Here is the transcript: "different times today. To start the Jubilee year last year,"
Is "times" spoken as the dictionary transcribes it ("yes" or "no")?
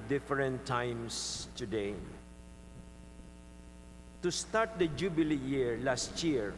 no